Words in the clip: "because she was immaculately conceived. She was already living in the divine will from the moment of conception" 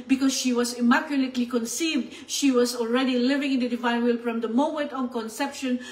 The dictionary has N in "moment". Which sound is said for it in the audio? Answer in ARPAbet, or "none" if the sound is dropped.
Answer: none